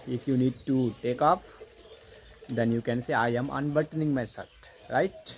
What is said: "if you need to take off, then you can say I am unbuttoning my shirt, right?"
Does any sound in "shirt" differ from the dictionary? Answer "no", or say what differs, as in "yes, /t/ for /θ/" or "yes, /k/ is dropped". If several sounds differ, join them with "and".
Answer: yes, /s/ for /ʃ/